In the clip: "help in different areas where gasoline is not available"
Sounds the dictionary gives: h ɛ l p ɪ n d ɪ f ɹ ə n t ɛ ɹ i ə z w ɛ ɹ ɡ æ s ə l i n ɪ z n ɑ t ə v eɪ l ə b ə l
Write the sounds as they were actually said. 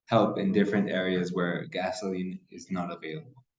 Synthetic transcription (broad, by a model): h ɛ l p ɪ n d ɪ f ɹ ə n t ɛ ɹ i ə z w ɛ ɹ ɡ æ s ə l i n ɪ z n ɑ t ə v eɪ l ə b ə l